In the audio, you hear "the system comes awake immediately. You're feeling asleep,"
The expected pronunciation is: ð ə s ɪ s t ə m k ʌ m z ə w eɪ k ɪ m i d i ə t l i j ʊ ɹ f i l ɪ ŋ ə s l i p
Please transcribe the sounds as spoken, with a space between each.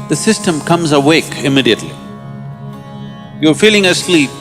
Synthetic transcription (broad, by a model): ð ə s ɪ s t ə m k ʌ m z ə w eɪ k ɪ m i d i ə t l i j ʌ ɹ f i l ɪ ŋ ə s l i p